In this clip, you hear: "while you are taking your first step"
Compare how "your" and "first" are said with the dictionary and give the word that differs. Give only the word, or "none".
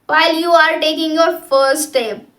first